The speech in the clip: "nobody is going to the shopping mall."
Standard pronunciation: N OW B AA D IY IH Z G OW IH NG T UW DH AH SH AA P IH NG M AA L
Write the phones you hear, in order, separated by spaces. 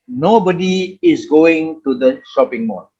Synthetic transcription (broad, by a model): N OW B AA D IY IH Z G OW IH NG T UW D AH SH AA P IH NG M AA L